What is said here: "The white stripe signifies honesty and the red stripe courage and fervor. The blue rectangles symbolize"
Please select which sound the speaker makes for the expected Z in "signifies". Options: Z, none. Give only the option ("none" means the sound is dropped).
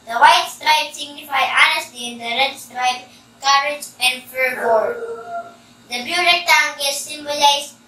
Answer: none